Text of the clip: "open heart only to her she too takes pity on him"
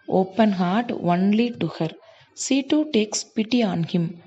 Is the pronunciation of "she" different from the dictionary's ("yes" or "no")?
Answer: yes